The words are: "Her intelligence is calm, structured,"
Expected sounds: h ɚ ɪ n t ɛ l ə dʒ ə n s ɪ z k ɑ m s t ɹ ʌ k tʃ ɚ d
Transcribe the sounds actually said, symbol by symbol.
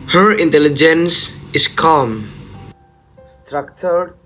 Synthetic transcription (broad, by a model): h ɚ ɪ n t ɛ l ə dʒ ə n s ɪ s k ɑ m s t ɹ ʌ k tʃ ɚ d